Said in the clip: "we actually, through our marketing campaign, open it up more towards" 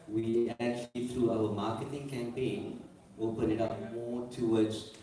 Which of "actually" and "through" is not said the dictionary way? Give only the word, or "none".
none